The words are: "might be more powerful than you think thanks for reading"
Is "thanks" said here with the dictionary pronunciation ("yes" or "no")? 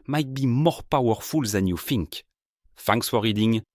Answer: no